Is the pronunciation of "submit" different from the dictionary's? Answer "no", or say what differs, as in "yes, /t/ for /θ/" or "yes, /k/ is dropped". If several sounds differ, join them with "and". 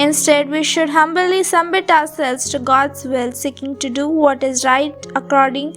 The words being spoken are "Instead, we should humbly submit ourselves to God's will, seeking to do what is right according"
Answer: yes, /b/ is dropped